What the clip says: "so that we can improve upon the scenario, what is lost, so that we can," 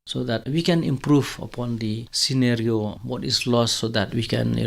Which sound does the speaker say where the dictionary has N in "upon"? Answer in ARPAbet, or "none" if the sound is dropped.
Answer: N